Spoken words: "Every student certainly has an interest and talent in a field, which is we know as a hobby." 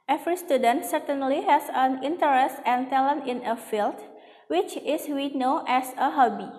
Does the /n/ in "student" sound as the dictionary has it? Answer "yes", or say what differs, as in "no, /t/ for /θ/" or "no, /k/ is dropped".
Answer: yes